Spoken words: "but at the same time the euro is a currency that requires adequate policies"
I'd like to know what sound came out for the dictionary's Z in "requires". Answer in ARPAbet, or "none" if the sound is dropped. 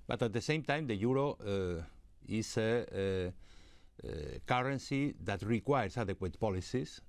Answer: S